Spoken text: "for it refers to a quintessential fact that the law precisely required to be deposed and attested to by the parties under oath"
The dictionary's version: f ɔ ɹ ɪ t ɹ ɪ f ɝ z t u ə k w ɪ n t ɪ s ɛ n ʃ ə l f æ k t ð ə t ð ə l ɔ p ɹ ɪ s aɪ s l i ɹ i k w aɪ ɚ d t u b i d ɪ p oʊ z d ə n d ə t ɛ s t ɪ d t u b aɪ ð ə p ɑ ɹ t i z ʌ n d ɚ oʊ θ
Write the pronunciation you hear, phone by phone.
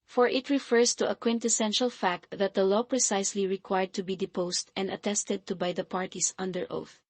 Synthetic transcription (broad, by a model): f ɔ ɹ ɪ t ɹ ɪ f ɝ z t u ə k w ɪ n t ɪ s ɛ n ʃ ə l f æ k t ð ə t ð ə l ɔ p ɹ ɪ s aɪ s l i ɹ i k w aɪ ɚ d t u b i d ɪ p oʊ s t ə n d ə t ɛ s t ɪ d t u b aɪ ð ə p ɑ ɹ t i s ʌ n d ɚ oʊ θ